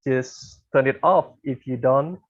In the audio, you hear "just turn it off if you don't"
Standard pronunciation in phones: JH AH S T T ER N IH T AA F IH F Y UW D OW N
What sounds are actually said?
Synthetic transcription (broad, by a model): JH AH S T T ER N IH T AA F IH F Y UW D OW N